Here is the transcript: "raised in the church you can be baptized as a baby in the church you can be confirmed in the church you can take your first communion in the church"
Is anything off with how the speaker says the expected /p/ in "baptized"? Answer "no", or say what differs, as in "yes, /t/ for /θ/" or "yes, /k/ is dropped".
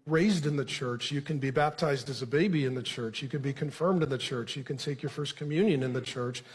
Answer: no